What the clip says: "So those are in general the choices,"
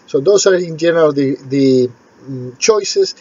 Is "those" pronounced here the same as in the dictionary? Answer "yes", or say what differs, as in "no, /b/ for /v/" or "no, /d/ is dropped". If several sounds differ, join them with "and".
no, /s/ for /z/